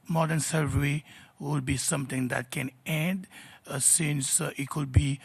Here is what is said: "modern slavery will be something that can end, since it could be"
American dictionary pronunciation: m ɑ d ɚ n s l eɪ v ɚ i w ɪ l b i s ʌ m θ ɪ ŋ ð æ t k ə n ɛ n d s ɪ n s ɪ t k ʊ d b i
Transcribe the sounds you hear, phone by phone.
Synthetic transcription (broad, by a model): m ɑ d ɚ n s eɪ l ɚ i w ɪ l b i s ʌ m t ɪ ŋ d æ t k ə n ɛ n d s ɪ n s ɪ t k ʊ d b i